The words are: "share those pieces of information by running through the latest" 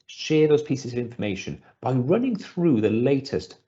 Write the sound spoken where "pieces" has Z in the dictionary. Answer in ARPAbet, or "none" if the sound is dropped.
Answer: Z